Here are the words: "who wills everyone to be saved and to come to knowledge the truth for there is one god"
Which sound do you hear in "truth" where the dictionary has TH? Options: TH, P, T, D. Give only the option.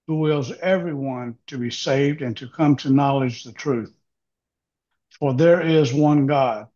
TH